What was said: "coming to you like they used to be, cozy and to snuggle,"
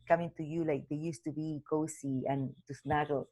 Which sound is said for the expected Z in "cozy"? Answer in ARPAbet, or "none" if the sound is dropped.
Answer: S